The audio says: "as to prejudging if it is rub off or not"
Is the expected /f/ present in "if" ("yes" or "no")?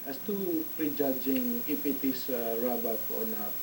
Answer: no